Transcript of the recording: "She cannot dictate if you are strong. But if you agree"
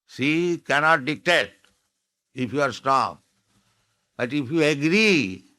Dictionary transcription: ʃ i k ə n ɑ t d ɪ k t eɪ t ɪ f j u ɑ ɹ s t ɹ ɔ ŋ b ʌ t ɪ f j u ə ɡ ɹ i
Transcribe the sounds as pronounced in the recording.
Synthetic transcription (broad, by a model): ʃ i k ə n ɑ t d ɪ k t eɪ t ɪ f j u ɑ ɹ s t ɔ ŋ b ʌ t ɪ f j u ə ɡ ɹ i